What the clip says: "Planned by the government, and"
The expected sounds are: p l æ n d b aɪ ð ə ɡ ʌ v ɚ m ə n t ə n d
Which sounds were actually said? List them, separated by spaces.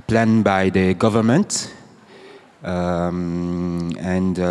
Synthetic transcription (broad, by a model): p l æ n b aɪ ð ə ɡ ʌ v ɚ m ə n t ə n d